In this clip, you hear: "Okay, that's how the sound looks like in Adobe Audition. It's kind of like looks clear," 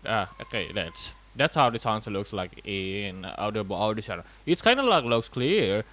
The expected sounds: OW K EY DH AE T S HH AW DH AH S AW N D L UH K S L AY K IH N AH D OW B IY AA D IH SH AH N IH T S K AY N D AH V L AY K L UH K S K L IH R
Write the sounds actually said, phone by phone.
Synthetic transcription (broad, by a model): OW K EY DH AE T S HH AW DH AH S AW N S L UH K S L AY K IH N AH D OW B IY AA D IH S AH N IH T S K AY N D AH L AY K L UH K S K L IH R